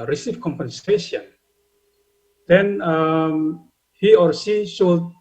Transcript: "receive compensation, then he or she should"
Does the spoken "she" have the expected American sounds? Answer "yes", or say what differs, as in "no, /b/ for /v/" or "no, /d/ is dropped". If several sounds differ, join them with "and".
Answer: no, /s/ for /ʃ/